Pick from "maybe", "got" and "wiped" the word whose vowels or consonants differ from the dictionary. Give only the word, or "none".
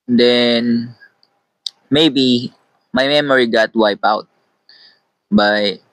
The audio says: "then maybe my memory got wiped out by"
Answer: wiped